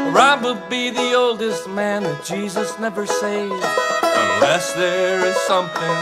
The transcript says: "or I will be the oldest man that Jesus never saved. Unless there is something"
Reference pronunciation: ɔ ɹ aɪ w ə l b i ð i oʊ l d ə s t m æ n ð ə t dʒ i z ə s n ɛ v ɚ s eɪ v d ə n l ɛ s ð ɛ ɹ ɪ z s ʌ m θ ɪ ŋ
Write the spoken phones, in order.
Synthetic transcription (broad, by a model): ɹ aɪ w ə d b i ð i oʊ l d ə s t m æ n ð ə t dʒ i z ə s n ɛ v ɚ s eɪ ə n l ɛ s ð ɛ ɹ ɪ z s ʌ m θ ɪ ŋ